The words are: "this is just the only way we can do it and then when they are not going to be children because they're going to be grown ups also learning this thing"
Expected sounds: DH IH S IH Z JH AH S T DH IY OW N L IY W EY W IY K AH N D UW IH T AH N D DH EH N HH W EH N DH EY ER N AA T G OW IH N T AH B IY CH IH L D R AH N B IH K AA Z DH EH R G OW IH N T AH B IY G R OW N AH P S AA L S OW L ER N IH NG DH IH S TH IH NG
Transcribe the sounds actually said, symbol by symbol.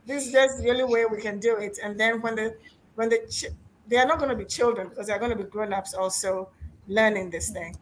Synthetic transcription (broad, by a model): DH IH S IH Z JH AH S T DH IY OW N L IY W EY W IY K AH N D UW IH T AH N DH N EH N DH W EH N DH EY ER N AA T G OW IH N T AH B IY CH IH L D R AH N B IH K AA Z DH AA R G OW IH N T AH B IY G R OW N AH P S AA L S OW L ER N IH NG DH IH S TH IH NG